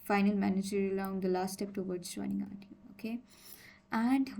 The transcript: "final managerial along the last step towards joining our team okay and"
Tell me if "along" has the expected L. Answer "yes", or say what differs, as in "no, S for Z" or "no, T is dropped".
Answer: no, L is dropped